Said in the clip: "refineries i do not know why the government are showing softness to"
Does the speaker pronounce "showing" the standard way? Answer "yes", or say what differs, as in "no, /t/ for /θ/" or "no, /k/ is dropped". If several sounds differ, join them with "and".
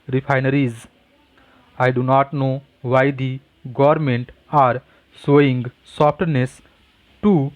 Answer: no, /s/ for /ʃ/